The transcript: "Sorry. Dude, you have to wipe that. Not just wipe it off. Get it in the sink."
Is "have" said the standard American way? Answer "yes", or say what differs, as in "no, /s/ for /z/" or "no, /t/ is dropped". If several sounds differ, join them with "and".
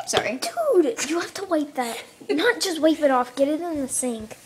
no, /f/ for /v/